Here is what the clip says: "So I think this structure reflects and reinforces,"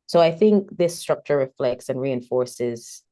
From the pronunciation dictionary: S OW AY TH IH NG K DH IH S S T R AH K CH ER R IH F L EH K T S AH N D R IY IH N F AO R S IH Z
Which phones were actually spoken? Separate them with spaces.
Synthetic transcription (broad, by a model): S OW AY TH IH NG K DH IH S S T R AH K CH ER R IH F L EH K T S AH N R IY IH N F AO R S IH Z